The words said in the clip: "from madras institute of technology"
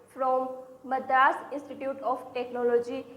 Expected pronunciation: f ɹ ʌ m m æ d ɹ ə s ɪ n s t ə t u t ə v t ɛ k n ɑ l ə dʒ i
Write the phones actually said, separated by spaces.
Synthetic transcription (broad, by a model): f ɹ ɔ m m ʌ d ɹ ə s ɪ n s t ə t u t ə p t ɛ k n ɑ l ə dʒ i